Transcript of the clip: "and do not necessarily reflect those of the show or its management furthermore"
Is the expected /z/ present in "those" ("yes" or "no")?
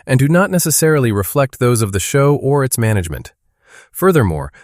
yes